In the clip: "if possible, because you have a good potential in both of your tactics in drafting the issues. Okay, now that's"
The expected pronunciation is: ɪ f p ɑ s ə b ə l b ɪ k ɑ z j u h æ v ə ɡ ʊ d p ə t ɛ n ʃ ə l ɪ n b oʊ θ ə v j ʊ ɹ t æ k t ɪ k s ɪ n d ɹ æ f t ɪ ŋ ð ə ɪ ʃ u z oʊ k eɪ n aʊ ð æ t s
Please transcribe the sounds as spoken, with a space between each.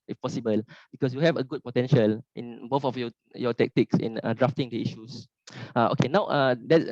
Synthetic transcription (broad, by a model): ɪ f p ɑ s ə b ə l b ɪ k ɑ s j u h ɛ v ə ɡ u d p ə t ɛ n ʃ ə l ɪ n b oʊ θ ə f j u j t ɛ k t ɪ k s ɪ n d ɹ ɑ f t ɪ ŋ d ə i ʃ u s oʊ k eɪ n aʊ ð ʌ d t